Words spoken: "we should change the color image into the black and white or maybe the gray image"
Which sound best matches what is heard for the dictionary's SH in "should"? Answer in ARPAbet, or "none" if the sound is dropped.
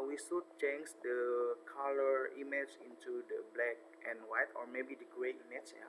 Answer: S